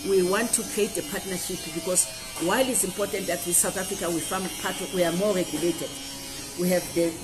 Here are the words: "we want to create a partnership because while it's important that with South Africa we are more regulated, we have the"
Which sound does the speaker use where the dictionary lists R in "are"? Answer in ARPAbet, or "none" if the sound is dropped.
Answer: W